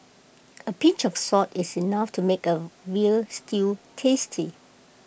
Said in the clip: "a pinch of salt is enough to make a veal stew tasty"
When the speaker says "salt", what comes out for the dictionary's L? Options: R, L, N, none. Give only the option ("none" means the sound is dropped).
none